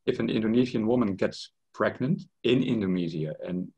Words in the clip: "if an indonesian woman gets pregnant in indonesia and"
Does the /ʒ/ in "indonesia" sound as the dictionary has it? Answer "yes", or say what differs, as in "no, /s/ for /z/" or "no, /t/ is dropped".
no, /z/ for /ʒ/